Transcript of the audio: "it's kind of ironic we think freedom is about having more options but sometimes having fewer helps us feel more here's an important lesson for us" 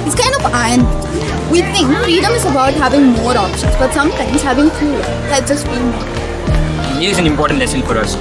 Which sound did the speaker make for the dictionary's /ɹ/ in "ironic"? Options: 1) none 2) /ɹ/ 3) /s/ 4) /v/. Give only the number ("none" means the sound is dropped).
1